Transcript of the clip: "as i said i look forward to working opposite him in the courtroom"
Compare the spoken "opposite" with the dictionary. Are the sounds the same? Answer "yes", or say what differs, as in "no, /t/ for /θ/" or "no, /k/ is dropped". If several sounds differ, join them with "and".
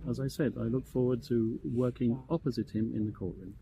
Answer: yes